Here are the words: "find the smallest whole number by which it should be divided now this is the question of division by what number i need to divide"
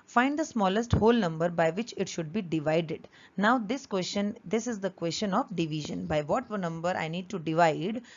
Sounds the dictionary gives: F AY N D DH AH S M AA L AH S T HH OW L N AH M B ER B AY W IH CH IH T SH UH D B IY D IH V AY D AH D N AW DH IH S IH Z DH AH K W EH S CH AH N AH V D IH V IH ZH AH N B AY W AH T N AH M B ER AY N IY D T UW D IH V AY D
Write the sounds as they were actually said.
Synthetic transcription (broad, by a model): F AY N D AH S M AA L AH S T HH OW L N AH M B ER B AY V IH CH IH T SH UH D B IY D IH V AY D AH D N AW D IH S IH Z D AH K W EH S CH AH N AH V D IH V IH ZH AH N B AY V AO T N AH M B ER AY N IY D T UW D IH V AY D